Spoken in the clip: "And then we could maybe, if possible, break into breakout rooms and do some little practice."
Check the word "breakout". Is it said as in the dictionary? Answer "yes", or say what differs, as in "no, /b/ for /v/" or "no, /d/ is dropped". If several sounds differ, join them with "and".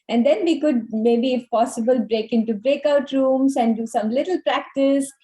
yes